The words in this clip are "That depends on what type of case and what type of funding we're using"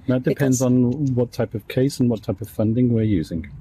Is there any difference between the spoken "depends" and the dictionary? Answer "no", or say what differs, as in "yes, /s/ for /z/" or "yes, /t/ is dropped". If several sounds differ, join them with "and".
no